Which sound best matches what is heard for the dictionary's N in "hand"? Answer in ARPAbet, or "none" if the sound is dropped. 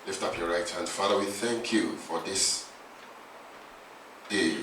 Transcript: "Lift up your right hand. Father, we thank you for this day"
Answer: N